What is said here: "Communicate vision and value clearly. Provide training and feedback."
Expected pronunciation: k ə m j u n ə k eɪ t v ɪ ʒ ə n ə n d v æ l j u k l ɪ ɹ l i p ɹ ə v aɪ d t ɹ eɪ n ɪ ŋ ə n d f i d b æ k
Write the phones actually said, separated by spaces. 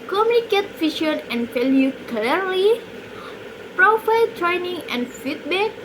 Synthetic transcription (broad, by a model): k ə m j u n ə k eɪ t f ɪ ʃ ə n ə n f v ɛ l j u k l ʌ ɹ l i p ɹ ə f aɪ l t ɹ eɪ n ɪ ŋ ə n f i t b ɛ k